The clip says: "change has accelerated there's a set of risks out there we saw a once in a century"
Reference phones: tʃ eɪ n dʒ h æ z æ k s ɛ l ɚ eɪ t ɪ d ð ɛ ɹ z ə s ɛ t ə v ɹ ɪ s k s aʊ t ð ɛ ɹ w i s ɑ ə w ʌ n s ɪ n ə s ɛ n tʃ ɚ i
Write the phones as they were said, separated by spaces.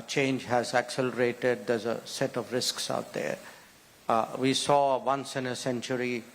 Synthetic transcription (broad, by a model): tʃ eɪ n dʒ h æ z æ k s ɛ l ɚ eɪ t ɪ d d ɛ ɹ z ə s ɛ t ə v ɹ ɪ s k s aʊ t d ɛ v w i s ɑ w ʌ n s ɪ n ə s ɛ n tʃ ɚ i